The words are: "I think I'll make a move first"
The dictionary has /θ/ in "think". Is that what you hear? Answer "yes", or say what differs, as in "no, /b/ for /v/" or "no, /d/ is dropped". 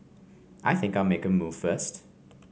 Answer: yes